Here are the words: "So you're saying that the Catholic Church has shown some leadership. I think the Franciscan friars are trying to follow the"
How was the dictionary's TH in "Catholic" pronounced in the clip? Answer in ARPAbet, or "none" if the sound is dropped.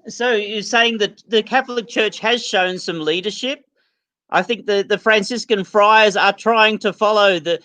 TH